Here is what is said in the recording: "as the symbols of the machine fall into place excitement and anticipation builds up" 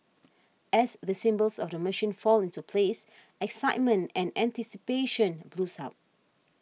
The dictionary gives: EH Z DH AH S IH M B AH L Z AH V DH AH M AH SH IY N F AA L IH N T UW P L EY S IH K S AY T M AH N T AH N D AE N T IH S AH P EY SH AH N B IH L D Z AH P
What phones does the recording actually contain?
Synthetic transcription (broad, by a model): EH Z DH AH S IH M B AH L S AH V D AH M AH SH IY N F AA L IH N T UW P L EY S IH K S AY T M AH N T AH N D AE N T IH S AH P EY SH AH N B L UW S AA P